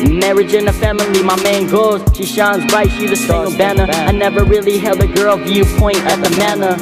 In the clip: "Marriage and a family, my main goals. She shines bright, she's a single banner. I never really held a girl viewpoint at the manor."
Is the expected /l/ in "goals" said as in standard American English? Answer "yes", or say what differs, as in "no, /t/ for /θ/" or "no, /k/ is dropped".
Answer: no, /l/ is dropped